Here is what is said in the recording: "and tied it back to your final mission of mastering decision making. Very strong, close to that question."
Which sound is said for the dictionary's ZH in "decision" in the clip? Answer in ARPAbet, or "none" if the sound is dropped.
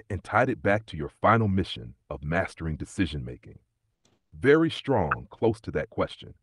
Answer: ZH